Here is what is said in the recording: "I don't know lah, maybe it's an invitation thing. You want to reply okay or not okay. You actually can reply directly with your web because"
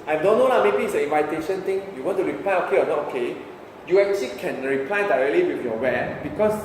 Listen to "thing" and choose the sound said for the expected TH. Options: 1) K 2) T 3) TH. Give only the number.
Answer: 2